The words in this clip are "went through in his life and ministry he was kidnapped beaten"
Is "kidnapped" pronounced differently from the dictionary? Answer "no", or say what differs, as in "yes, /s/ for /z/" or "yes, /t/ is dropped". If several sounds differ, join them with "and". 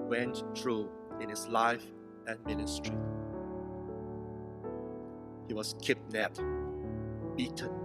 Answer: yes, /p/ is dropped